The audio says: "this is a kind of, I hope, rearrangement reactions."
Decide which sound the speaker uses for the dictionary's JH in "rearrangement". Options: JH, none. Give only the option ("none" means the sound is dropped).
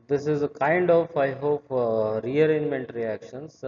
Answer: none